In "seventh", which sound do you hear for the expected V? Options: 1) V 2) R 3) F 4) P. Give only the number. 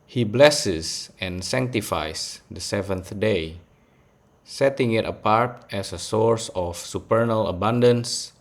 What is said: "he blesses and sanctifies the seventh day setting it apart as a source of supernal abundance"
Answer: 1